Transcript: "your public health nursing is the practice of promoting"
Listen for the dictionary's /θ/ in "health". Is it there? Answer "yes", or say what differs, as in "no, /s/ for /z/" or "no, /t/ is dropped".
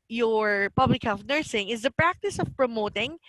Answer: no, /f/ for /θ/